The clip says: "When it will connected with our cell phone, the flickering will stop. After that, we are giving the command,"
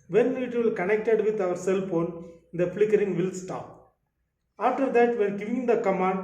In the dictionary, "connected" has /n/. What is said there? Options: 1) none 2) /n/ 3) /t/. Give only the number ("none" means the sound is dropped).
2